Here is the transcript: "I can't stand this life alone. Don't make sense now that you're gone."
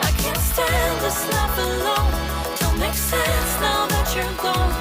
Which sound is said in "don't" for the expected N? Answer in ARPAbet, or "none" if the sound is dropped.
L